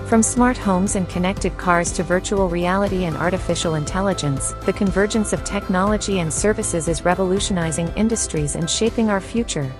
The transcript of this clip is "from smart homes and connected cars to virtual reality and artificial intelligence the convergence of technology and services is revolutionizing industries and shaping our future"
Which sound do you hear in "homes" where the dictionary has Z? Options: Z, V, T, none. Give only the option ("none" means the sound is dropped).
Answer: Z